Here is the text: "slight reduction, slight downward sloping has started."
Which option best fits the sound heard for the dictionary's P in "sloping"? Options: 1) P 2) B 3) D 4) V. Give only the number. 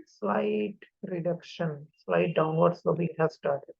2